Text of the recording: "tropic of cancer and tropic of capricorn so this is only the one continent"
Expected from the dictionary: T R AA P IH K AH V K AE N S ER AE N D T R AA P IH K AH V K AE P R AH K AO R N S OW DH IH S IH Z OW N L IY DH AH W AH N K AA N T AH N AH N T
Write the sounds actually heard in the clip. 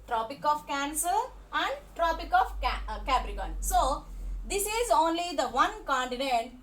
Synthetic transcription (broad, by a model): T R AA P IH K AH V K AE N S ER AE N D T R AA P IH K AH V K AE B R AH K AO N S OW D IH S IH Z OW N L IY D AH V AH N K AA N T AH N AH N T